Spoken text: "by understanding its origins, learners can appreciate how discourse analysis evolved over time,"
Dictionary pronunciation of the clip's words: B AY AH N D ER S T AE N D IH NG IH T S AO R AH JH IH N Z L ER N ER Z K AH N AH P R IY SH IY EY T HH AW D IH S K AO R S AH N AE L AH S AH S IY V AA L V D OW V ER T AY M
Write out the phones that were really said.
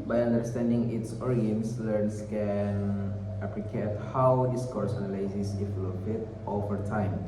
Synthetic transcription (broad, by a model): B AY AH N D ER S T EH N D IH NG IH T S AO R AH IH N S L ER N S K AH N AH P L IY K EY T HH AW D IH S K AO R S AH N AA L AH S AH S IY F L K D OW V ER T AY M